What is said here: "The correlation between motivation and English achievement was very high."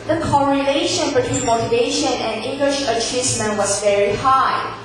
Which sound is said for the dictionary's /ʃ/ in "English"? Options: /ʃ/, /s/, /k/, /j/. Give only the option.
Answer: /ʃ/